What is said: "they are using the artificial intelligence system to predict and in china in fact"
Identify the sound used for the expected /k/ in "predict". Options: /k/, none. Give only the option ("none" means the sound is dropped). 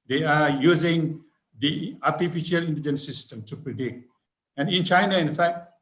/k/